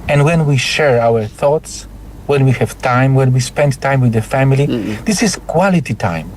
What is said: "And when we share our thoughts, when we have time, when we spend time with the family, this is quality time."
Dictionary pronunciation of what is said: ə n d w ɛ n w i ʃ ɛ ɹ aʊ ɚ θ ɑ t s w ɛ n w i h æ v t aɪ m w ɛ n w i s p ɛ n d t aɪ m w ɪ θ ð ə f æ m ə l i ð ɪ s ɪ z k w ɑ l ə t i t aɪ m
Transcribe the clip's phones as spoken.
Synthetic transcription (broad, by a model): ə n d w ɛ n w i ʃ ɛ ɹ aʊ ɚ θ ɑ t s w ɛ n w i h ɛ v t aɪ m w ɛ n w i s p ɛ n d t aɪ m w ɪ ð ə f æ m ə l i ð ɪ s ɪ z k w ɑ l ə t i t aɪ m